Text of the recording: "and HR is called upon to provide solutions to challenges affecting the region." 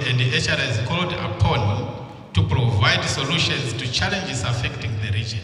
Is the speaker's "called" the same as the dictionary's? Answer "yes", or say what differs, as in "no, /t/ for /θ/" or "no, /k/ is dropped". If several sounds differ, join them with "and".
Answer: yes